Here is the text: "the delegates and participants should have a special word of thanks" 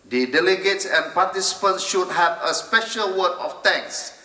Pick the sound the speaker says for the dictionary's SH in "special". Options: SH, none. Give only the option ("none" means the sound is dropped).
SH